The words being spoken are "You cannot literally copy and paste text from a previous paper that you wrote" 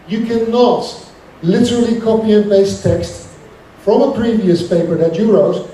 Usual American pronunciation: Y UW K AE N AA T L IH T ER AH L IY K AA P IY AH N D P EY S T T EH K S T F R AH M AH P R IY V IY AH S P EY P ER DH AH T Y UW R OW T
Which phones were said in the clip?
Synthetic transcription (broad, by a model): Y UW K AE N AA T L IH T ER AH L IY K AA P IY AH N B EY S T T EH K S T F R AH M AH P R IY V IY AH S P EY P ER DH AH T Y UW R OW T